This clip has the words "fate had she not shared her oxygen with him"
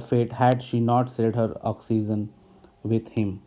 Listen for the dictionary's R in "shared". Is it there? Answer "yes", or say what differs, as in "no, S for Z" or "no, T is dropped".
no, L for R